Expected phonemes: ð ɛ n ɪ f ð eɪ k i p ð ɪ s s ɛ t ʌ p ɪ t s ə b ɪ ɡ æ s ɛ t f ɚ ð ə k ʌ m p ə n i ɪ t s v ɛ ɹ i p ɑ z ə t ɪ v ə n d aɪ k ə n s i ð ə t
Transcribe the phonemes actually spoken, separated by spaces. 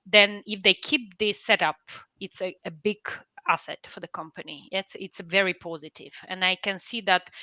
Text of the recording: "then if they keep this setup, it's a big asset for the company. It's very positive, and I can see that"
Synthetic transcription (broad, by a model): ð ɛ n ɪ f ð eɪ k i p ð ɪ s s ɛ t ʌ p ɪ t s ə b ɪ ɡ æ s ɛ t f ɚ ð ə k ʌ m p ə n i ɪ t s v ɛ ɹ i p ɑ z ə t ɪ v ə n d aɪ k ə n s i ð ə t